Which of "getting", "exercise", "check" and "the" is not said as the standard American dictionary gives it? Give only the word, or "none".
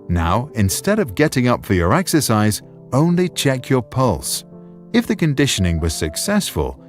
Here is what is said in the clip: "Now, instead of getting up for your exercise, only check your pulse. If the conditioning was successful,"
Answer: none